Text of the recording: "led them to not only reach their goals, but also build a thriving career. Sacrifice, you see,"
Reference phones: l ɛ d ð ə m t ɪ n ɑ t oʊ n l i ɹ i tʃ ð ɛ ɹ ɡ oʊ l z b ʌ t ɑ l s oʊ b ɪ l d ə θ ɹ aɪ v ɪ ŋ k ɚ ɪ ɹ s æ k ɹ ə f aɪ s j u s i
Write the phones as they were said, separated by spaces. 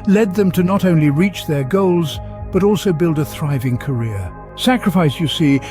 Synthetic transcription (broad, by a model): l ɛ d ð ə m t ɪ n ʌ t oʊ n l i ɹ i tʃ ð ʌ ɹ ɡ oʊ l z b ʌ t ɑ l s oʊ b ɪ l d ə θ ɹ aɪ v ɪ ŋ k ɚ ɪ ɹ s æ k ɹ ə f aɪ s j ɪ s i